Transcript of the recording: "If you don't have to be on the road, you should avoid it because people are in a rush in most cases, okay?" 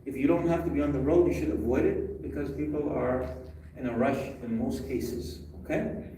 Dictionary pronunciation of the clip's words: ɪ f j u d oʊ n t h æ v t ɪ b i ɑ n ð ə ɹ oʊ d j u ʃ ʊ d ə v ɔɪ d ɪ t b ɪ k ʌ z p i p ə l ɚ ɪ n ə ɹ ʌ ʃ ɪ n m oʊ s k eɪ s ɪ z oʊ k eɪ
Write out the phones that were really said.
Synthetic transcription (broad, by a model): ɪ f j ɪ d oʊ n t h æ f t ɪ b i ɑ n ð ə ɹ oʊ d j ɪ ʃ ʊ d ə v ɔɪ d ɪ t b ɪ k ʌ z p i p l ɚ ɪ n ə ɹ ʌ ʃ ɪ n m oʊ s k eɪ s ɪ z oʊ k eɪ